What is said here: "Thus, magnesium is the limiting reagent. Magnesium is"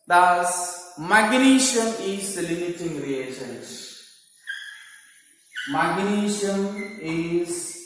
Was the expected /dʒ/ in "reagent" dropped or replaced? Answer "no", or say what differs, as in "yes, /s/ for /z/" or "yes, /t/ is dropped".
yes, /ʃ/ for /dʒ/